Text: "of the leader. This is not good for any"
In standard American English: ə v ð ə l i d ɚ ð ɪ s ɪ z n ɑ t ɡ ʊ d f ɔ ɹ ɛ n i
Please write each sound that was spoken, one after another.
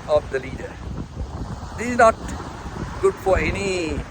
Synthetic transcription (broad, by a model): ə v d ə l i d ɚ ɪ ɪ z n ɑ t ɡ ʊ d f ɔ ɹ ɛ n i